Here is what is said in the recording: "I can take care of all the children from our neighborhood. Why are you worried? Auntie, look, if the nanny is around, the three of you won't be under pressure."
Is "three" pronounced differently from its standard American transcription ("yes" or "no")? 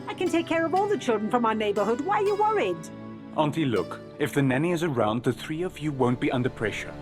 no